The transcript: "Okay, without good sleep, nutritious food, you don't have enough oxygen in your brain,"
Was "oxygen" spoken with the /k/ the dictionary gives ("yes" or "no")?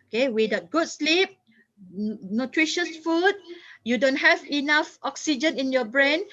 yes